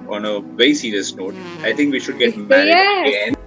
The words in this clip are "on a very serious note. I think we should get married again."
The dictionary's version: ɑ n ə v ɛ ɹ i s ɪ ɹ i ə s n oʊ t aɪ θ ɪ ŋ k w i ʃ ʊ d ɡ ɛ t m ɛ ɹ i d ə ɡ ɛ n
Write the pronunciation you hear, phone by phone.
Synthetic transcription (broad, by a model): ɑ n ə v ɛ i s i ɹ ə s n oʊ t aɪ t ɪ ŋ k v i ʃ ʊ d ɡ ɛ t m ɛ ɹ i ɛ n